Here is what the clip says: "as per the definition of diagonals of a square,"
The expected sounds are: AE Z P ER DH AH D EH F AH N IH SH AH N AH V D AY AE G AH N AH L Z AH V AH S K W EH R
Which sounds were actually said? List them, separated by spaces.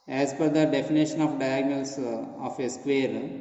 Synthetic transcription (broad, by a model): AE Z F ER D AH D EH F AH N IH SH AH N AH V D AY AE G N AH L S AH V AH S K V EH R